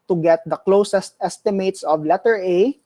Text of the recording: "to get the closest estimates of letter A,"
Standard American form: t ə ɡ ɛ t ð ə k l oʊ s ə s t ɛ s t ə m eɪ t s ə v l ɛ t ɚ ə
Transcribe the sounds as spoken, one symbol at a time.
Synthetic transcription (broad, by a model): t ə ɡ ɛ t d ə k l oʊ s ə s t ɛ s t ə m eɪ t s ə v l ɛ t ɚ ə